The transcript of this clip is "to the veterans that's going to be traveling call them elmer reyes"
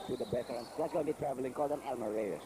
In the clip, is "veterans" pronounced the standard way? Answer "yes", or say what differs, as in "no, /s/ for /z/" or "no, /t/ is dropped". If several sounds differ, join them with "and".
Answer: no, /b/ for /v/